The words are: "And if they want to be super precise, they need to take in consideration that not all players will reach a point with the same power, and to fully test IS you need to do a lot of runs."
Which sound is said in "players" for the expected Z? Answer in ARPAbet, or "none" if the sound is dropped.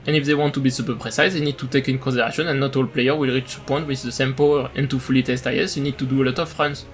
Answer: none